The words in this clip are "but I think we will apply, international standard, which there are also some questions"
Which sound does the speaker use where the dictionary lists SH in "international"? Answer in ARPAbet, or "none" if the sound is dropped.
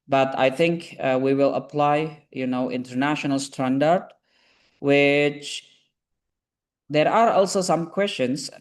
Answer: SH